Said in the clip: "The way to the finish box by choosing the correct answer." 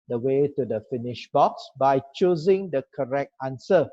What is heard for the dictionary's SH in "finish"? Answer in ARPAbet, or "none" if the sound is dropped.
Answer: SH